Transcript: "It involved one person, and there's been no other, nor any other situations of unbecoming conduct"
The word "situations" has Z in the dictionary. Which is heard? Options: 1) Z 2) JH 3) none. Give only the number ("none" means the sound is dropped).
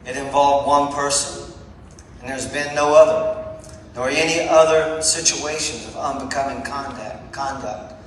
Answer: 1